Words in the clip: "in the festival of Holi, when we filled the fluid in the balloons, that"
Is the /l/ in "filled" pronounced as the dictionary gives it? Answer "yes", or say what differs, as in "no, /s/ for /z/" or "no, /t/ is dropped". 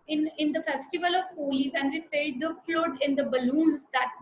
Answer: no, /l/ is dropped